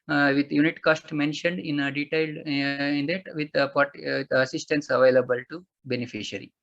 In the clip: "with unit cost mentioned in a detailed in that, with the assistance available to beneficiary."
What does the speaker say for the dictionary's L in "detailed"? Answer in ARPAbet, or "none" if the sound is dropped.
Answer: L